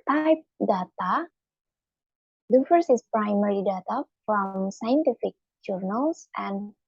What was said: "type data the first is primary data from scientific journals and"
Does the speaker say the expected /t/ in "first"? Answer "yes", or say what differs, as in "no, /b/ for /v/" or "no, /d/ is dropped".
no, /t/ is dropped